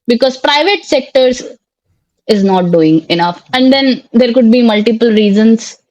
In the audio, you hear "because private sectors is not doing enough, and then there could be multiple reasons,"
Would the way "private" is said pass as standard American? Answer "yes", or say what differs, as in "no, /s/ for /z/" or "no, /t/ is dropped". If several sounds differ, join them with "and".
yes